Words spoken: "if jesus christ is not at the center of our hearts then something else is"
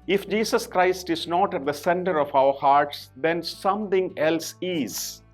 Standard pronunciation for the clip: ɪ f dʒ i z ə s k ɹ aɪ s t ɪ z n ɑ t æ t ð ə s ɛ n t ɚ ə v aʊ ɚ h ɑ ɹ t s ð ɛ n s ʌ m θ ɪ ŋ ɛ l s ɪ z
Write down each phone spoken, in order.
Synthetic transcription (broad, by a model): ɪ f dʒ i s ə s k ɹ aɪ s t ɪ z n ɑ t æ t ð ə s ɛ n t ɚ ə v aʊ ɚ h ɑ ɹ t s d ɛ n s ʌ m t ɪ ŋ ɛ l s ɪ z